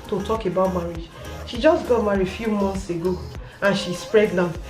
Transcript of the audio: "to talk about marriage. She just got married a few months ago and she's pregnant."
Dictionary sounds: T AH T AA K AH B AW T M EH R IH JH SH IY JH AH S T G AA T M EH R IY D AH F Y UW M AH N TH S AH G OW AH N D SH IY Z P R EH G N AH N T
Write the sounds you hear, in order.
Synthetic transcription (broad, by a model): T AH T AA K AH B AW T M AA R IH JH SH IY JH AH S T G AA T M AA R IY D F Y UW M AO N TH S AH G OW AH N SH IY S P R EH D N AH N